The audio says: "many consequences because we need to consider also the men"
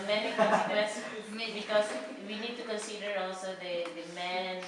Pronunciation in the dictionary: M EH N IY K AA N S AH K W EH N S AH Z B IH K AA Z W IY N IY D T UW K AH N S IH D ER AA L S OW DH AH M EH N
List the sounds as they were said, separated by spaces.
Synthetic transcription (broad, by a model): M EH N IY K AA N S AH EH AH B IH K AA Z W IY N IY D T UW K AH N S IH D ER AA L S OW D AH M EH N